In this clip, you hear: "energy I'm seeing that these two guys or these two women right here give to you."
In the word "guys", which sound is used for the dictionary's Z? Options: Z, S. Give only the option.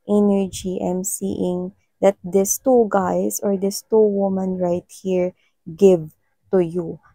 S